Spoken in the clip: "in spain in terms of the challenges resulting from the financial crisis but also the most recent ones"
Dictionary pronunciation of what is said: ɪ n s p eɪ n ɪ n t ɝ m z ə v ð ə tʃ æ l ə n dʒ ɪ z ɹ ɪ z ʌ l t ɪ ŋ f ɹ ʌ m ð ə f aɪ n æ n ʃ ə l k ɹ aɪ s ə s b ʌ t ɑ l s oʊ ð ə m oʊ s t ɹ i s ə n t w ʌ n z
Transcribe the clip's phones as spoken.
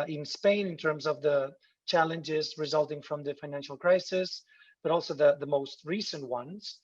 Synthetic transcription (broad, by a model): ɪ n s p eɪ n ɪ n t ɝ m z ə v ð ə tʃ æ l ə n dʒ ɪ z ɹ ɪ z ʌ l t ɪ ŋ f ɹ ʌ m ð ə f aɪ n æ n ʃ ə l k ɹ aɪ s ə s b ʌ t ɑ l s oʊ ð ə m oʊ s t ɹ i s ə n t w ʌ n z